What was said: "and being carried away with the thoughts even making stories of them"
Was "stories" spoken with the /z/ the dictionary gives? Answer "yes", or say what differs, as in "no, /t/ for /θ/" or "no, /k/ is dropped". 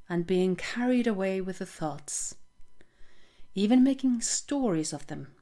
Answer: yes